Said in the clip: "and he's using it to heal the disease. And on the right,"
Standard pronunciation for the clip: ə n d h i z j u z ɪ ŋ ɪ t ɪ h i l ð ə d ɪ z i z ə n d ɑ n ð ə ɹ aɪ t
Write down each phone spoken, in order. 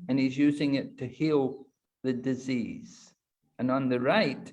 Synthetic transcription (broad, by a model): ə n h i z j u z ɪ ŋ ɪ t ɪ h i l ð ə d ɪ z i z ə n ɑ n ð ə ɹ aɪ t